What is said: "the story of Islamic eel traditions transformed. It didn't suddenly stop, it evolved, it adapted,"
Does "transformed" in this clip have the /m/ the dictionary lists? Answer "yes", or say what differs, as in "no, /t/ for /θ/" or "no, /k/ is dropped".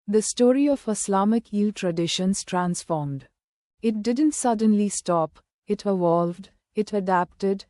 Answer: yes